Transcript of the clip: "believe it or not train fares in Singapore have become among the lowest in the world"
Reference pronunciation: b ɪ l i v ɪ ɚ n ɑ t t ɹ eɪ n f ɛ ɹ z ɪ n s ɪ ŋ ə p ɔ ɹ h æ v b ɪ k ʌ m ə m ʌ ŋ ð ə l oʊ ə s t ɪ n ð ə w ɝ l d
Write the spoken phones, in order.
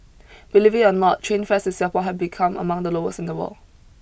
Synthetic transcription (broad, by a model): b ɪ l i v ɪ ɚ n ɑ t t ɹ eɪ n f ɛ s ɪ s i ə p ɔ h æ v b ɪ k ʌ m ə m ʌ ŋ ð ə l oʊ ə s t ɪ n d ə w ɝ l